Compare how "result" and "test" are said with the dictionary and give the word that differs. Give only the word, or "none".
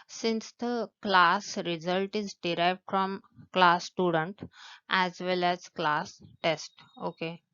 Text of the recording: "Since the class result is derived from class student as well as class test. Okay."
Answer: none